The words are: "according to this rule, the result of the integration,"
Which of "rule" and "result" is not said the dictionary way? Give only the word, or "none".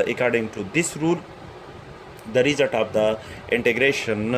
result